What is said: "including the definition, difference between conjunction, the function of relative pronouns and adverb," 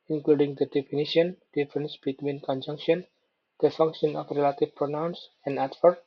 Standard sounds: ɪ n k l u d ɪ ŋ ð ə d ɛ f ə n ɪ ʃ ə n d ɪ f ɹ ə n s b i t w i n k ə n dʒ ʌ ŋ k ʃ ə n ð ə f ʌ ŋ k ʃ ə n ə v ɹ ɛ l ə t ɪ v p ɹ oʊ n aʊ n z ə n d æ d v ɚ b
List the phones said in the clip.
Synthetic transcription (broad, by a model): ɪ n k l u d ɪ ŋ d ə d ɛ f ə n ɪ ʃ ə n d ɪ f ɹ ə n s b i t w i n k ə n dʒ ʌ ŋ k ʃ ə n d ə f ʌ ŋ k ʃ ə n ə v ɹ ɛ l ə t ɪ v p ɹ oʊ n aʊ n s ə n d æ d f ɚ